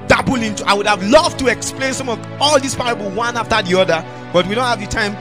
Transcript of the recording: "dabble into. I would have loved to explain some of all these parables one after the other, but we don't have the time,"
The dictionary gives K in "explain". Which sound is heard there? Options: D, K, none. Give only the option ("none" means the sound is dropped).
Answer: K